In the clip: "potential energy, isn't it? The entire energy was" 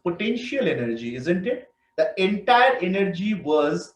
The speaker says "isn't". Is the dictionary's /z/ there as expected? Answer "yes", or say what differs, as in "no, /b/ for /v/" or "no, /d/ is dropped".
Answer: yes